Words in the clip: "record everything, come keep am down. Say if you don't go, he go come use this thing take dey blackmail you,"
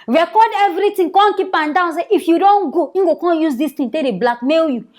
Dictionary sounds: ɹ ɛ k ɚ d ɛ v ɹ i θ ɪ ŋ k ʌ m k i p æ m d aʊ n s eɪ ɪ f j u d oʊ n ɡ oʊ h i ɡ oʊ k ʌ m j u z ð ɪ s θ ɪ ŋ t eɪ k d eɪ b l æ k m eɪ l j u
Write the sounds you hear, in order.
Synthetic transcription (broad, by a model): ɹ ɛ k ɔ d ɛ v ɹ i t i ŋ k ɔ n k i p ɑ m d aʊ n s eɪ ɪ f j u d oʊ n ɡ oʊ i ɡ oʊ k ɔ j u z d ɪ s t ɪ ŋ t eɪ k d eɪ b l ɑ k m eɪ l j u